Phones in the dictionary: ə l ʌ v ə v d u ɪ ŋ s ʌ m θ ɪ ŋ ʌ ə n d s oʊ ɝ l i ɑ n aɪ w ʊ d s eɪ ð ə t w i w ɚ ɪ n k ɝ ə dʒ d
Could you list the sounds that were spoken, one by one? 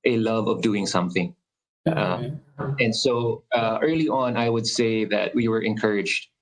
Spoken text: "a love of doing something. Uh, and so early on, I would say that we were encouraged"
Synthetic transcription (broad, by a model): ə l ʌ v ə v d u ɪ ŋ s ʌ m θ ɪ ŋ ʌ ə n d s oʊ ɝ l i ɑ n aɪ w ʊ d s eɪ ð ə t w i w ɚ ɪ n k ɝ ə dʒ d